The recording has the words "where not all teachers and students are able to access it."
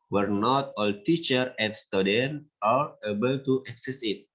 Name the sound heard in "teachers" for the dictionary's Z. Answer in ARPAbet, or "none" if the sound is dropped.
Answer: none